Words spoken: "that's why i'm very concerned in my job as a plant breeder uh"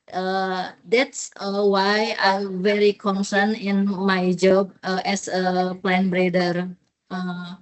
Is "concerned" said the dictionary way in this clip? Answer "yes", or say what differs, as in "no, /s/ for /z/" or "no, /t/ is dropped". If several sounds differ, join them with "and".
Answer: no, /d/ is dropped